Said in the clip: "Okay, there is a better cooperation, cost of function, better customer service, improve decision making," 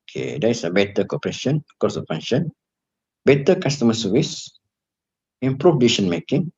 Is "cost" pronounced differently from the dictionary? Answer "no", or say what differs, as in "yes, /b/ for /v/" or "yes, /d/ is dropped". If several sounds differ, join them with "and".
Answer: yes, /t/ is dropped